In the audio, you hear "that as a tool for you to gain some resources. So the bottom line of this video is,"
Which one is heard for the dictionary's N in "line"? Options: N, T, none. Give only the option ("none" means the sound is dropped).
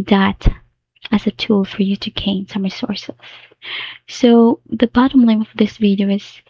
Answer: none